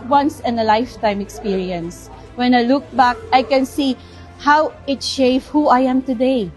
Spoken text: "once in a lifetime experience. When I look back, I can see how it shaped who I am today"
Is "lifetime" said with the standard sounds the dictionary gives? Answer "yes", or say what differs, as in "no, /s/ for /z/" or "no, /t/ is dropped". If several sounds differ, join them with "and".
yes